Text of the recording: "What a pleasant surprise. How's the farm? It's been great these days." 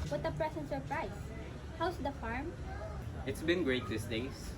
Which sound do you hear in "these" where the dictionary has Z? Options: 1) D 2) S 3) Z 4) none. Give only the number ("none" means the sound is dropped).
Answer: 2